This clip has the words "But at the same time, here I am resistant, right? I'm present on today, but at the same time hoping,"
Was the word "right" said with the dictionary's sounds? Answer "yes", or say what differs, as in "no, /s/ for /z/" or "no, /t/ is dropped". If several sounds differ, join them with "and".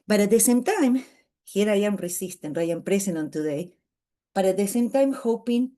no, /t/ is dropped